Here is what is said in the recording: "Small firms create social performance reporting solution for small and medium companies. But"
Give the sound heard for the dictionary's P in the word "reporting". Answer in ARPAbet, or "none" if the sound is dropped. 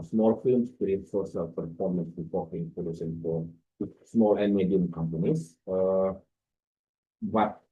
F